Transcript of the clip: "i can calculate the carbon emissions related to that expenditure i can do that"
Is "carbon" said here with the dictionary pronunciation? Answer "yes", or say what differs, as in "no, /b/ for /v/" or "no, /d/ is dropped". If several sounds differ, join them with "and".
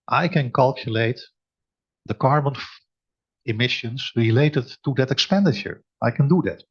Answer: yes